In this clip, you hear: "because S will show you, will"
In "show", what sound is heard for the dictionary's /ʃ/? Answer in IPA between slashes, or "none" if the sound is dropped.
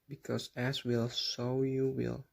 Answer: /s/